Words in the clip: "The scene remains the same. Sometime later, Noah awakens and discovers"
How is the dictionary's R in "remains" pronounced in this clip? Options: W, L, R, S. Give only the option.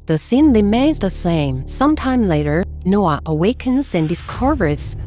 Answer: L